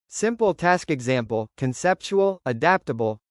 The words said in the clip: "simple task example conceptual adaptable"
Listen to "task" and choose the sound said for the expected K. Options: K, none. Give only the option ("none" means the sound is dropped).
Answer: K